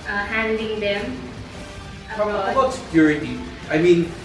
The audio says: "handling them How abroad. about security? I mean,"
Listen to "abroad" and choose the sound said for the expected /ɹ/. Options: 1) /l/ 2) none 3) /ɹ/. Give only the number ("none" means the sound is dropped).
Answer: 2